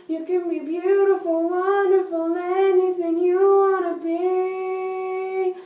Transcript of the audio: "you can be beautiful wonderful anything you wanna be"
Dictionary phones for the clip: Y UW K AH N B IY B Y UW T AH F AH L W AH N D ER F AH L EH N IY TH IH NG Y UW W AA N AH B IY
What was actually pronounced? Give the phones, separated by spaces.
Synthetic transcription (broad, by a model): Y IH K AH N B IY B Y UW T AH F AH L W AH N D ER F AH L EH N IY TH IH NG Y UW W AA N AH B IY